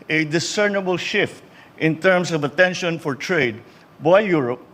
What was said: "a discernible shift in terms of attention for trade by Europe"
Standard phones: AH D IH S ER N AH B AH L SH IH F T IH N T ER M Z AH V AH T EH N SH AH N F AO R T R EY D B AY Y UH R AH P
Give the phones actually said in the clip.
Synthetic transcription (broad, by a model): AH D IH S ER N AH B AH L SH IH F T IH N T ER M S AH V AH T EH N SH AH N F AO R T R EY D B AY Y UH R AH P